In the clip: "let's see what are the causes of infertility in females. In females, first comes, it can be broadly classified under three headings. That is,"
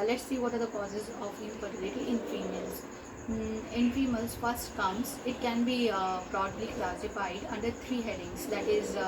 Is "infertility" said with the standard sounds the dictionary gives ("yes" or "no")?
no